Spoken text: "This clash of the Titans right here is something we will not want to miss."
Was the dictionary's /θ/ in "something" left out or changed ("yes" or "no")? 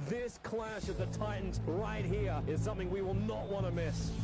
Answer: no